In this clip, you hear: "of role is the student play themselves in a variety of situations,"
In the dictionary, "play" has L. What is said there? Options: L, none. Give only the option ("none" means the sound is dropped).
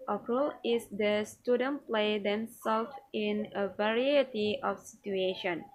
L